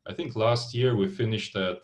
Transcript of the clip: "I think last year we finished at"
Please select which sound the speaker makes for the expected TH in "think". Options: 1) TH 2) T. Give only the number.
1